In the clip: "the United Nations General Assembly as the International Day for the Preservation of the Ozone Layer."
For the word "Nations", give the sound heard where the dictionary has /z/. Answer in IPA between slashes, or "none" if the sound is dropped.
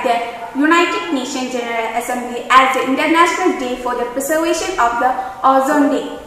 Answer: none